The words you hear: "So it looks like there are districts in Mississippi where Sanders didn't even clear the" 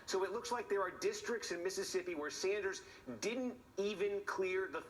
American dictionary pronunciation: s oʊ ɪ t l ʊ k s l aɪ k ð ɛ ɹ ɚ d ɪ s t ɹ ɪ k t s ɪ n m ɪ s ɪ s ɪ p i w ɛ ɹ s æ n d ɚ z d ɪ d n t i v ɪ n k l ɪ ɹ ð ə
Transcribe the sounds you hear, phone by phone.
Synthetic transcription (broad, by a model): s oʊ ɪ t l ʊ k s l aɪ k ð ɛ ɹ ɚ d ɪ s t ɹ ɪ k t s ɪ n m ɪ s ɪ s ɪ p i w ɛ ɹ s æ n d ɚ z d ɪ d n t i v ɪ n k l ɪ ɹ ð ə